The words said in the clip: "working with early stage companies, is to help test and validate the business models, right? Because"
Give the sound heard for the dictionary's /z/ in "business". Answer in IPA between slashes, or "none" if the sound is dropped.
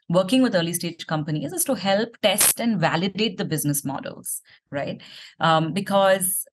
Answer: /z/